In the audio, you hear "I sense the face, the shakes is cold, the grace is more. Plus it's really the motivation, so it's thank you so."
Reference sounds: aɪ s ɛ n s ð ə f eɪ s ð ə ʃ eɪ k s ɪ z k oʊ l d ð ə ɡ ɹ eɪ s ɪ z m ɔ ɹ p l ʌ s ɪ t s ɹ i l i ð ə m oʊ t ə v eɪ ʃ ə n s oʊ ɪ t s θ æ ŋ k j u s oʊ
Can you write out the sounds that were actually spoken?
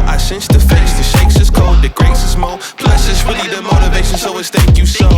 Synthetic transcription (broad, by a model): aɪ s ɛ n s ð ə f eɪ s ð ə ʃ eɪ k s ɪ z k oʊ d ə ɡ ɹ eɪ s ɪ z m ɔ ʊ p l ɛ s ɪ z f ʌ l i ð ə m oʊ t ə v eɪ ʃ ə n s oʊ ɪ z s θ æ ŋ k j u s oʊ